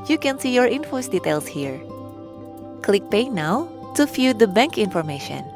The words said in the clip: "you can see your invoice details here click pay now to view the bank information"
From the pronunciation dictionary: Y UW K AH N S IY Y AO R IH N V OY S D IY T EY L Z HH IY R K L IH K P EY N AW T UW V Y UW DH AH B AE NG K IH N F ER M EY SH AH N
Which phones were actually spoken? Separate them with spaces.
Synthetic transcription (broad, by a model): Y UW K AH N S IY Y AO R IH N F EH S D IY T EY L S HH IY R K L IH K P EY N AW T UW F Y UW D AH B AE NG K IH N F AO M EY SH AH N